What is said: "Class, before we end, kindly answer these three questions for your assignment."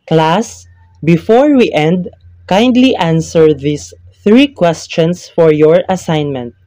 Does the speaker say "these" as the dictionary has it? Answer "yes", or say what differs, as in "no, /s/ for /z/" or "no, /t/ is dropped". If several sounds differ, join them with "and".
no, /s/ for /z/